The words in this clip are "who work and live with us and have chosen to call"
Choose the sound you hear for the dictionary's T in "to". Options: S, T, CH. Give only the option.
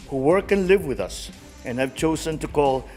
T